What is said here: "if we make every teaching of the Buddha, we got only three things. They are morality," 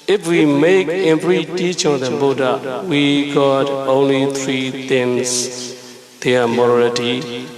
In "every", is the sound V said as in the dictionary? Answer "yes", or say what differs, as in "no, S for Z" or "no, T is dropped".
no, P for V